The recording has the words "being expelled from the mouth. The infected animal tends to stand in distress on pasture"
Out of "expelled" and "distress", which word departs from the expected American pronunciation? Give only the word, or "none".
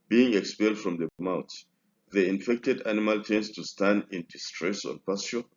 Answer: none